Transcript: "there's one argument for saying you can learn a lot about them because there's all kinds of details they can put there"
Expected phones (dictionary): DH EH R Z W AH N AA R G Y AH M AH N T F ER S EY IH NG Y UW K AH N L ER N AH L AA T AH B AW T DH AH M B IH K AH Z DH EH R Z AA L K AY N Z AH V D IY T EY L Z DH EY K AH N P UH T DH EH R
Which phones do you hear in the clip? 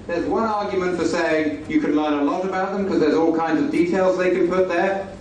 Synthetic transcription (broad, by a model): DH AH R Z W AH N AA R G Y AH M AH N T F ER S EY IH NG Y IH K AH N L ER N AH L AA T AH B AW T DH AH M K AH Z DH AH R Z AA L K AY N Z AH V D IY T EY L Z DH EY K AH N P UH T DH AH R